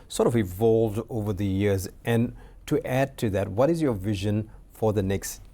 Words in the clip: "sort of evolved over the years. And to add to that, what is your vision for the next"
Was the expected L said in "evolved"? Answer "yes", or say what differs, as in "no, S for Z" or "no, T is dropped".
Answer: yes